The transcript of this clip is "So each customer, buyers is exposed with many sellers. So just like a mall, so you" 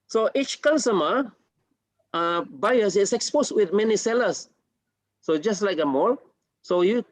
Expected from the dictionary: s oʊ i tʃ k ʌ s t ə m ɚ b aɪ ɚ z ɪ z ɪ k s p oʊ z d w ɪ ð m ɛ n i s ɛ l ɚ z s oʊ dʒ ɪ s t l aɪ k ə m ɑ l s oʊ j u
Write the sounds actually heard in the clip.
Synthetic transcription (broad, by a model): s oʊ i tʃ k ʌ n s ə m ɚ b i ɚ s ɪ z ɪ k s p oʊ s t w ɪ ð m ɛ n i s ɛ l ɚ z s oʊ dʒ ɪ s t l aɪ k ə m ɑ l s oʊ j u